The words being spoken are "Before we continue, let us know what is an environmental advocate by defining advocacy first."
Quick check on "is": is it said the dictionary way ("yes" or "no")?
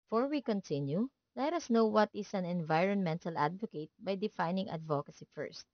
no